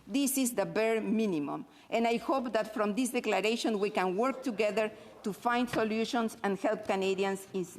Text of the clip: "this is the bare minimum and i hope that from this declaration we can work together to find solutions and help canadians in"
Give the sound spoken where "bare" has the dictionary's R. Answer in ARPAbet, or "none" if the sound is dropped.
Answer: R